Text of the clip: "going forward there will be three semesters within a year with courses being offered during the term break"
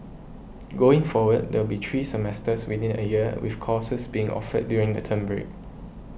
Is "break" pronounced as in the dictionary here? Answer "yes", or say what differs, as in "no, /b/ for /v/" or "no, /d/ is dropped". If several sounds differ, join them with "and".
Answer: yes